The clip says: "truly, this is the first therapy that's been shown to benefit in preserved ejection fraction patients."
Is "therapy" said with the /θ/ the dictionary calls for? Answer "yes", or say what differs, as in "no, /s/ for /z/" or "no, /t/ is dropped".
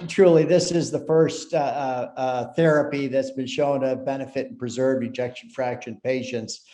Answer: yes